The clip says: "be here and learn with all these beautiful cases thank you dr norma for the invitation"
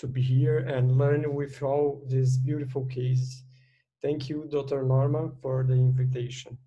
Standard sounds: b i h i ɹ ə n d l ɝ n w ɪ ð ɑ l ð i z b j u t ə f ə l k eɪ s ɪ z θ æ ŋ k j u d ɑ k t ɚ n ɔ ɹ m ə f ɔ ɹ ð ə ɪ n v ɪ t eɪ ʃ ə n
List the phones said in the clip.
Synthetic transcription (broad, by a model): b i h i ɹ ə n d l ɝ n w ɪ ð ɑ l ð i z b j u t ə f ə l k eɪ ɪ s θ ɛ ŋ k j u d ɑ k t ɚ n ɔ ɹ m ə f ɔ ɹ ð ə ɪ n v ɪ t eɪ ʃ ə n